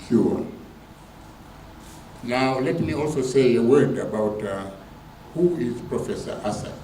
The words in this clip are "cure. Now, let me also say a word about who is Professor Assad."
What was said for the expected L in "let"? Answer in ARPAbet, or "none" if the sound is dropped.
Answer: L